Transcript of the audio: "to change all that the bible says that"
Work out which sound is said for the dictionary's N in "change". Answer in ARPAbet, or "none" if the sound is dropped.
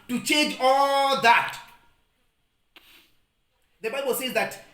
none